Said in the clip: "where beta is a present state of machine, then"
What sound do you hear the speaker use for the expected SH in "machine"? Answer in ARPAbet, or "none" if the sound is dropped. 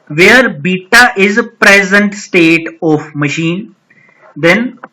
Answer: SH